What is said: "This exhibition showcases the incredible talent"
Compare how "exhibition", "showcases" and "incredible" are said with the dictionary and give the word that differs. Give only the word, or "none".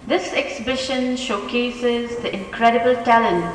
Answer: none